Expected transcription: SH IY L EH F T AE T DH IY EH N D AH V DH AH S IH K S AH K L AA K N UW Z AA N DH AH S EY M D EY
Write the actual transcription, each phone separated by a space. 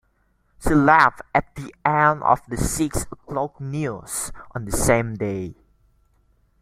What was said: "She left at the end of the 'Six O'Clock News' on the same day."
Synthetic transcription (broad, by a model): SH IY L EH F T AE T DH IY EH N AH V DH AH S IH K S AH K L AA K N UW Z AA N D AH S EY M D EY